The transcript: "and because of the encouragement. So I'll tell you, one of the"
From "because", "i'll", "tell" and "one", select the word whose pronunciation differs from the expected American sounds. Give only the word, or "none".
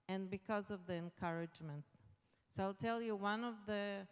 none